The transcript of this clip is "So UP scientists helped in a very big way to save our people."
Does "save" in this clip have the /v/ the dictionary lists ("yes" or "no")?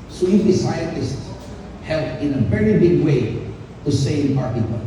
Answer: no